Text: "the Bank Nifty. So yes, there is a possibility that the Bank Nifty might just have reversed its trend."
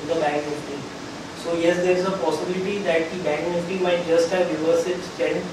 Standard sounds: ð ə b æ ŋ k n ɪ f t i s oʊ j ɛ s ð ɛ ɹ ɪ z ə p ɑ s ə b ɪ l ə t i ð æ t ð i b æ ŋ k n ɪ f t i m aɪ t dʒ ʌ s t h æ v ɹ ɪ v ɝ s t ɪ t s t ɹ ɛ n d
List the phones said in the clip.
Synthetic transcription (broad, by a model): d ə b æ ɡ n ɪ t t i s oʊ j ɛ s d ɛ ɹ ɪ z ə p ɑ s ə b ɪ l ə t i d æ t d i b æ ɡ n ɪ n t i m aɪ t dʒ ʌ s t h æ v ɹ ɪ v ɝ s ɪ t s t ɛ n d